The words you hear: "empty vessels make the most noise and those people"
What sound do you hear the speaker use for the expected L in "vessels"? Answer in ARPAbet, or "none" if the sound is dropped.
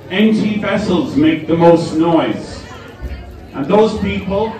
L